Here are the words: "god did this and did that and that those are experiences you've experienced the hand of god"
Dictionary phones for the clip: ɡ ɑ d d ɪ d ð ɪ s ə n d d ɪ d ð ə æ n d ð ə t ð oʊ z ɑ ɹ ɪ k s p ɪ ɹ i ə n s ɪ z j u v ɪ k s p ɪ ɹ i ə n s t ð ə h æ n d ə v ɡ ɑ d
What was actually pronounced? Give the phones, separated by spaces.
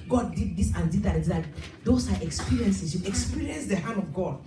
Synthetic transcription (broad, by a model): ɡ ɑ d d ɪ d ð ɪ s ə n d d ɪ d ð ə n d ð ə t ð oʊ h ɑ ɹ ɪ k s p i ɹ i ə n s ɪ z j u ɪ k s p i ɹ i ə n s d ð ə h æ n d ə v ɡ ɑ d